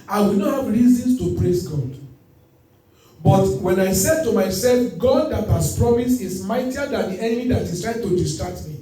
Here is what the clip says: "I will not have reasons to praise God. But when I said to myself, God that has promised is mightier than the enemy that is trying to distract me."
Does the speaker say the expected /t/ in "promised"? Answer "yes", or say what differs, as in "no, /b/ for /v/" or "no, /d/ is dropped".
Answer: no, /t/ is dropped